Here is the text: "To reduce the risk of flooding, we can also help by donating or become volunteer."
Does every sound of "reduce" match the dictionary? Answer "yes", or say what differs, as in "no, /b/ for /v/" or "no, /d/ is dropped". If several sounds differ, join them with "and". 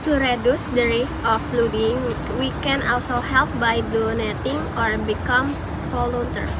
yes